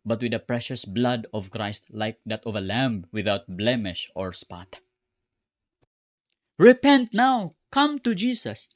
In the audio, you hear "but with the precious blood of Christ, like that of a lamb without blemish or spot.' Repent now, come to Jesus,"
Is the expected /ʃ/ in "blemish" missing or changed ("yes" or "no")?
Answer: no